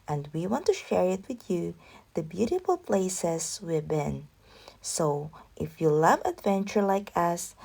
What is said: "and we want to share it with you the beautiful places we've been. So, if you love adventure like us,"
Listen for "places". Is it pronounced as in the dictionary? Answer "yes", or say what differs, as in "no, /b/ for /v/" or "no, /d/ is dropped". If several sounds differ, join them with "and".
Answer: no, /s/ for /z/